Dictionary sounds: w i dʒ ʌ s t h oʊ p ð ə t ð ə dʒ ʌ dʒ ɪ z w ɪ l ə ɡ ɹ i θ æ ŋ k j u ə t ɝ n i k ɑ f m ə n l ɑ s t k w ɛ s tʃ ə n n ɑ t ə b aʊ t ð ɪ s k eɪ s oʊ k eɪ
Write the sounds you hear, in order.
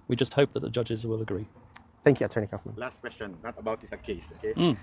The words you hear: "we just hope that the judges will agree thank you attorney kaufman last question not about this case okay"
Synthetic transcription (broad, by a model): w i dʒ ʌ s t h oʊ p ð ə t ð ə dʒ ʌ dʒ ɪ z w ɪ l ə ɡ ɹ i θ æ ŋ k j u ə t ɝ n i k ɑ f m ə n l ɑ s t k w ɛ s tʃ ə n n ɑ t ə b aʊ t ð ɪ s k eɪ s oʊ k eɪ